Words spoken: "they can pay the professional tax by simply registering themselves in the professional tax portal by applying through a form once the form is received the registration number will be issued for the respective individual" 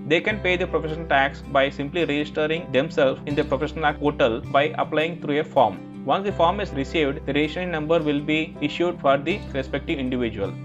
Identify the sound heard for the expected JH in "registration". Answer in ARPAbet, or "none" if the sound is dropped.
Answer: SH